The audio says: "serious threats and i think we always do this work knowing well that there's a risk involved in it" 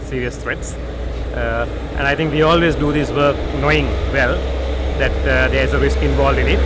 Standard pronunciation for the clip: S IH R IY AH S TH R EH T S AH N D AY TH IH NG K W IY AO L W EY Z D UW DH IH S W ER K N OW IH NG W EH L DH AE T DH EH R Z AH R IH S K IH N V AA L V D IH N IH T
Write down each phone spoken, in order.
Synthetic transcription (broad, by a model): S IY R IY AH S T R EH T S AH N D AY T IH NG K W IY AO L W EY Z D UW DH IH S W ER K N OW IH NG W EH L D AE T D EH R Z AH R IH S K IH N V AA L D IH N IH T